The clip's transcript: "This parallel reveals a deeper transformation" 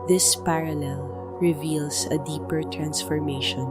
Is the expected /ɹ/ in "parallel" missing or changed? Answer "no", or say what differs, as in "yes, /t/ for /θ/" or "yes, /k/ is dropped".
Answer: no